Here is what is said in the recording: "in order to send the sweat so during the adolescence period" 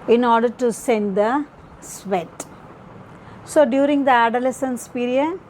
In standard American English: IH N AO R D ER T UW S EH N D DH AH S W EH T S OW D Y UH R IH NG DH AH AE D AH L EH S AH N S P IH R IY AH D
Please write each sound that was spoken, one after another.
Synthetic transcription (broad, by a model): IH N AO R D ER T UW S EH N D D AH S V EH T S OW D Y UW R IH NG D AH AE D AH L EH S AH N S P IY R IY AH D